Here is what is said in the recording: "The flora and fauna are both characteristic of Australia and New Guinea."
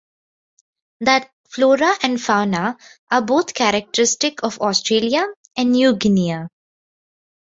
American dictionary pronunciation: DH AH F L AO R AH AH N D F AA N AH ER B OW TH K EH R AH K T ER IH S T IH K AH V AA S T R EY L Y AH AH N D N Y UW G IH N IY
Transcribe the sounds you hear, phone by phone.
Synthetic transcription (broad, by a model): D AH F L AO R AH AH N D F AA N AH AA B OW T K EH R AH K T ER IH S T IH K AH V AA S T R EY L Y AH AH N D N Y UW G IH N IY